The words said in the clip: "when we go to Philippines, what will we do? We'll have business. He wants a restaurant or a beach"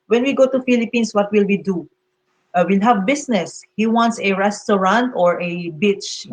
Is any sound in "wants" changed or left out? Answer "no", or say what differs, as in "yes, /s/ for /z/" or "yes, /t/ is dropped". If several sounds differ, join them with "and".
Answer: no